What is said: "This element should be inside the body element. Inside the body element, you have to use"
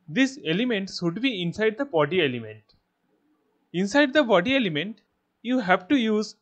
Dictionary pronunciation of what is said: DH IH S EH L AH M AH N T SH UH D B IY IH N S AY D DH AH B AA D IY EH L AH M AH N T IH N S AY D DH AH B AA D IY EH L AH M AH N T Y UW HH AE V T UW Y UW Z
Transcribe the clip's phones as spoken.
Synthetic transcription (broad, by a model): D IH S EH L AH M AH N T S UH D B IY IH N S AY D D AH B AA D IY EH L AH M AH N T IH N S AY D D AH B AA D IY EH L AH M AH N T Y UW HH AE V T UW Y UW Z